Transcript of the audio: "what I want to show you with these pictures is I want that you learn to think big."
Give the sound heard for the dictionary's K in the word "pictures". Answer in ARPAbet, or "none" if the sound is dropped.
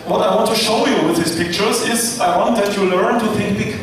K